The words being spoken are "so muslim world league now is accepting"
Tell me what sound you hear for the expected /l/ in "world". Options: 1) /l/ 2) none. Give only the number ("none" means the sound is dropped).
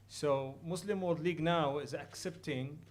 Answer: 2